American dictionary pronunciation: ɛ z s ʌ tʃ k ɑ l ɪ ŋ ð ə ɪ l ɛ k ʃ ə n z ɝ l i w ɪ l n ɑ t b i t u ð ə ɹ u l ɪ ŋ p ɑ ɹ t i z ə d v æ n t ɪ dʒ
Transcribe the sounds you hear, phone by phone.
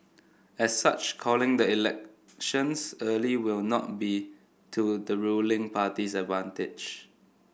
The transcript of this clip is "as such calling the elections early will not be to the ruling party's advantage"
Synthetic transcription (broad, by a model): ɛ s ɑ tʃ k ɑ l ɪ ŋ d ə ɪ l ɛ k ʃ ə n s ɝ l i w ɪ l n ɑ t b i t u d ə ɹ u l ɪ ŋ p ɑ t i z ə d v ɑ n t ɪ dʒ